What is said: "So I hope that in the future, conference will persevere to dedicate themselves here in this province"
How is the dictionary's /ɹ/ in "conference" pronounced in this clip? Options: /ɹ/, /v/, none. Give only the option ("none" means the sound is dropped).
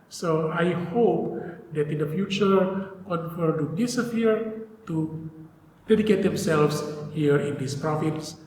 none